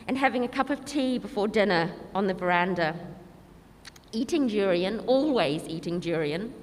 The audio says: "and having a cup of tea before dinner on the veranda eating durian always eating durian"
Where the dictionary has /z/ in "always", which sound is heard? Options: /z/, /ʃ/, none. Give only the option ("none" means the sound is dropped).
/z/